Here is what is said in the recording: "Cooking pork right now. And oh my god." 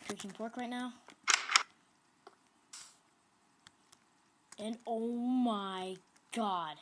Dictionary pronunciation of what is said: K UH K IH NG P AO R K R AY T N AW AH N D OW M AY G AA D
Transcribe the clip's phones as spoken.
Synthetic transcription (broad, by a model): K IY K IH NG P AO R K R AY T N AW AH N OW M AY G AA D